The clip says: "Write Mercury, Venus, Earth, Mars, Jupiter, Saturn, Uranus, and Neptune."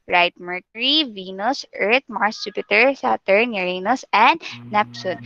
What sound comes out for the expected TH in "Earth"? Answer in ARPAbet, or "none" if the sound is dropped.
T